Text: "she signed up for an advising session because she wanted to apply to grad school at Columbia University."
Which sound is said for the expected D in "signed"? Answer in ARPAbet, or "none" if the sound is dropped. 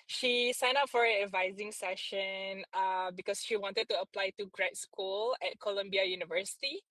none